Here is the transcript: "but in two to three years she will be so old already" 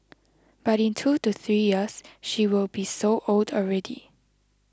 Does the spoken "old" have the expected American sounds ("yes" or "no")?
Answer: yes